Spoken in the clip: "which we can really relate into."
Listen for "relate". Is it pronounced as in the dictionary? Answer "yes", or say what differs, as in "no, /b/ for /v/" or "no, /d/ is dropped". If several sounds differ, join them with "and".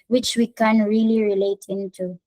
yes